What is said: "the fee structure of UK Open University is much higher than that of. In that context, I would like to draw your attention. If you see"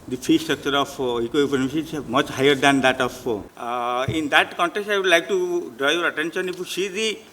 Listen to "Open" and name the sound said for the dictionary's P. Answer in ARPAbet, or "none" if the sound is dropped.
none